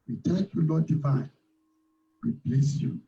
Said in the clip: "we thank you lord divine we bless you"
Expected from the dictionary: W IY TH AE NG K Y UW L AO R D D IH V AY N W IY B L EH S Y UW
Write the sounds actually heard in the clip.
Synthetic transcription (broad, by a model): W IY T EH K Y UW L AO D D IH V AY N W IY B L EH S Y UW